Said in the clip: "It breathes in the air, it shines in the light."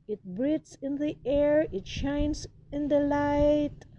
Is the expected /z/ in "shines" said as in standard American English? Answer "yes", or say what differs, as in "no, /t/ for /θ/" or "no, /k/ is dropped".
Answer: no, /s/ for /z/